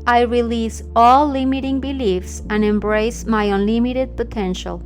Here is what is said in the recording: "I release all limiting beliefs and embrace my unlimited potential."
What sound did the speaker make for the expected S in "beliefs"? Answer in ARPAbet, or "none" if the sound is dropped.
S